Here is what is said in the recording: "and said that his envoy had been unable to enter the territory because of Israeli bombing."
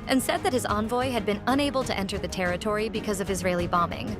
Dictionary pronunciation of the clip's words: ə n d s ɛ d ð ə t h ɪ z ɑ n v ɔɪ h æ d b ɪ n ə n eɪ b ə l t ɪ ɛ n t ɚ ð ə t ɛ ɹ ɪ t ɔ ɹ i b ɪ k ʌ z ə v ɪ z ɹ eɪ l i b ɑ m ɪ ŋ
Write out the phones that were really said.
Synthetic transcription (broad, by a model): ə n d s ɛ d ð ə t h ɪ z ɑ n v ɔɪ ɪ d b ɪ n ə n eɪ b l t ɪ ɛ n t ɚ ð ə t ɛ ɹ ɪ t ɔ ɹ i b ɪ k ʌ z ə v ɪ z ɹ eɪ l i b ɑ m ɪ ŋ